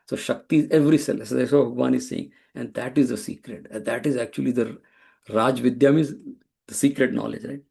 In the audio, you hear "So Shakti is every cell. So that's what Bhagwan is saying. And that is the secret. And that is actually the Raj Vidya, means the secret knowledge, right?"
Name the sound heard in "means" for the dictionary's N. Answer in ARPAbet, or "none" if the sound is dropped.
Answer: none